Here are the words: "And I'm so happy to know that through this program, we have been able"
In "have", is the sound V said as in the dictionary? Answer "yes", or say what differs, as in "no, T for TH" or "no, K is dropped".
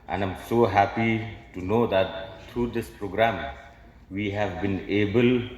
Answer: yes